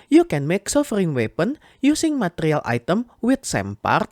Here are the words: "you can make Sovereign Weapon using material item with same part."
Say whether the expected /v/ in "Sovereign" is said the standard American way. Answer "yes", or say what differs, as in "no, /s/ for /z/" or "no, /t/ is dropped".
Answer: no, /f/ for /v/